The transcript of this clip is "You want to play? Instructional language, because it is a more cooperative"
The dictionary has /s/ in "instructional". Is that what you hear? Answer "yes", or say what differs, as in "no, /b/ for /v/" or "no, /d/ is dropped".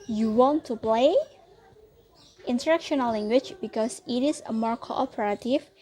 no, /s/ is dropped